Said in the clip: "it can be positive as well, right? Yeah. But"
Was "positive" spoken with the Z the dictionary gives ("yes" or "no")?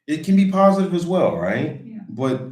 yes